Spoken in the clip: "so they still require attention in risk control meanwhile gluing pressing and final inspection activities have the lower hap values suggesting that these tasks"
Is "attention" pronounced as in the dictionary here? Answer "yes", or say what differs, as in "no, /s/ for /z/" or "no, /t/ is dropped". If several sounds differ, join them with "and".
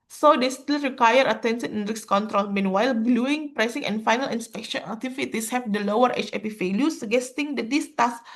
no, /s/ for /ʃ/